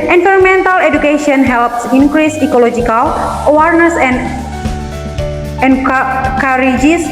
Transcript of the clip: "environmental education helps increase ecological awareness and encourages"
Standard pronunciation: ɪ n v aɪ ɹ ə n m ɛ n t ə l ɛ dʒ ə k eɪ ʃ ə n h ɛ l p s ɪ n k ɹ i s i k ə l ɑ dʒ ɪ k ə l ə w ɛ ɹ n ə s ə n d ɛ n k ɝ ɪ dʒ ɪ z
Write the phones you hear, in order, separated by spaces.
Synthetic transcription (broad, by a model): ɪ n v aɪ ɹ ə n m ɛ n t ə l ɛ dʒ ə k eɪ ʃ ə n h ɛ l p s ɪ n k ɹ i s i k ə l ɑ dʒ ɪ k ə l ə w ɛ ɹ n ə s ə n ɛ n k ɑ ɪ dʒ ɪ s